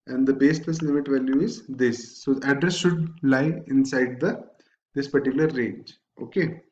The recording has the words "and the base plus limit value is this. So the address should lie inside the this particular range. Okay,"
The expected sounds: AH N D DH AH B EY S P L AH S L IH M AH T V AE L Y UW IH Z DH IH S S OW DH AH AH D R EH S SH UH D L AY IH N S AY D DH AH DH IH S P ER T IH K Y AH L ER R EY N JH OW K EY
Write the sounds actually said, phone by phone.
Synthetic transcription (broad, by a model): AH N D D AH B EY S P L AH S L IH M AH T V AE L Y UW IH Z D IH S S OW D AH D R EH S SH UH D L AY IH N S AY D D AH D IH S P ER T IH K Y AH L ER R EY N JH OW K EY